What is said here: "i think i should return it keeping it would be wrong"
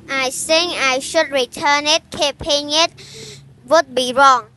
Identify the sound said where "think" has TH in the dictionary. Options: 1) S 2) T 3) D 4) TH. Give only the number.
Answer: 1